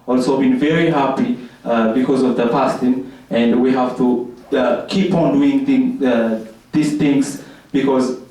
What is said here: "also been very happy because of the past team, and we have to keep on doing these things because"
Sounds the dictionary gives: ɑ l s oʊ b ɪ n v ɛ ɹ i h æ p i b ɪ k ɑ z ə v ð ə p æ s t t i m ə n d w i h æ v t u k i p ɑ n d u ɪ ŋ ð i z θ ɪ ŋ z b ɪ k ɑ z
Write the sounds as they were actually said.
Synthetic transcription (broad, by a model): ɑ l s oʊ b ɪ n v ɛ ɹ i h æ p i b ɪ k ɑ z ə v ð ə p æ s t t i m ə n d w i h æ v t u k i p ɑ n d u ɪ ŋ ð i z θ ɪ ŋ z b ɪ k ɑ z